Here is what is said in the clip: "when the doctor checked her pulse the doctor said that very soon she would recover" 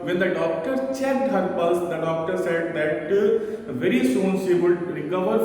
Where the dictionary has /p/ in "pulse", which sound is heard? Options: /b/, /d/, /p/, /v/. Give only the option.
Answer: /b/